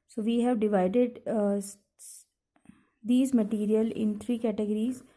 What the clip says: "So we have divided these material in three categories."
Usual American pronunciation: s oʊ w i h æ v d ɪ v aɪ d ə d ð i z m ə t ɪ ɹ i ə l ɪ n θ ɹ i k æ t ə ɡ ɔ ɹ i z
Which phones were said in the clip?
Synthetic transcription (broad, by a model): s oʊ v i h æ v d ɪ v aɪ d ə d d i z m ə t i ɹ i ə l ɪ n t ɹ i k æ t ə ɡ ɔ ɹ i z